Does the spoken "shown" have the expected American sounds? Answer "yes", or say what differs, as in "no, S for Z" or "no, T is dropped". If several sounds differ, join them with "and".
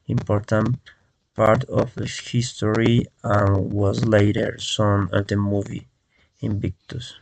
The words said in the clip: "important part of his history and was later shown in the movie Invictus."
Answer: no, S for SH